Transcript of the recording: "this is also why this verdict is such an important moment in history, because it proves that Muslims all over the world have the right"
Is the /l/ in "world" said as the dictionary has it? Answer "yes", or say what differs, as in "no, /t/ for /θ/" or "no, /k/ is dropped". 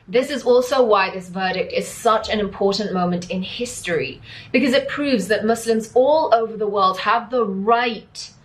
yes